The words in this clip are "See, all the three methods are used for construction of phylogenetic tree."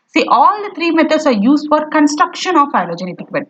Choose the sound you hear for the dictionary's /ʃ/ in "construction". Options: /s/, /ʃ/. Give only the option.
/ʃ/